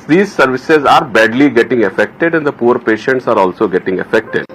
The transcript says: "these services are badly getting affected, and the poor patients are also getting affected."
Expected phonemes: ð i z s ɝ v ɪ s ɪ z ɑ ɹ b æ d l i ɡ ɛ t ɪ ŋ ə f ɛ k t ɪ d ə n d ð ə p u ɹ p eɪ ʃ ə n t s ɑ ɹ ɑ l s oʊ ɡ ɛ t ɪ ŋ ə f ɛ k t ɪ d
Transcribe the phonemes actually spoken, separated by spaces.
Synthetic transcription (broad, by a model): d i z s ɝ v ɪ s ɪ z ɑ ɹ b æ d l i ɡ ɛ t ɪ ŋ ə f ɛ k t ɪ d ə n d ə p u ɹ p eɪ ʃ ə n t s ɑ ɹ ɑ l s oʊ ɡ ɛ t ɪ ŋ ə f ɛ k t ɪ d